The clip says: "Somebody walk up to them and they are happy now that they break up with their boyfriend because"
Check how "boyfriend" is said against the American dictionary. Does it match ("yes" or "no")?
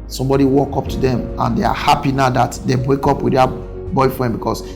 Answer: yes